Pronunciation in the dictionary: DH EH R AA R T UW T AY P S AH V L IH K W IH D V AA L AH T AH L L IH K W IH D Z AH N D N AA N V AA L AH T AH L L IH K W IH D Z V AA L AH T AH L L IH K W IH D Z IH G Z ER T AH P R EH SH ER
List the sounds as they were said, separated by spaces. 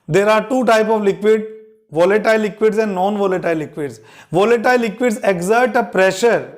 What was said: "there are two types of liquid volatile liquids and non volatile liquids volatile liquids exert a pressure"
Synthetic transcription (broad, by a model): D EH R AA R T UW T AY P AH V L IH K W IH D V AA L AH T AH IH L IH K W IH D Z AH N D N AA N V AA L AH T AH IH L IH K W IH D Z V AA L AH T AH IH L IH K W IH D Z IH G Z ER T AH P R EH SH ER